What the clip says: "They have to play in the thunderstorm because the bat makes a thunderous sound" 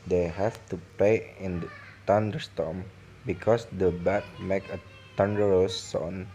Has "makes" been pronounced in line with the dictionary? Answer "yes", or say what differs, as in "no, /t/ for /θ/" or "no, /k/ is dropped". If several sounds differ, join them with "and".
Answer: no, /s/ is dropped